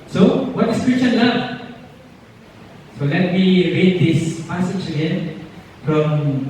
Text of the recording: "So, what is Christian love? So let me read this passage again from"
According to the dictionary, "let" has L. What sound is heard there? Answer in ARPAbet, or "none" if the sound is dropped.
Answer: L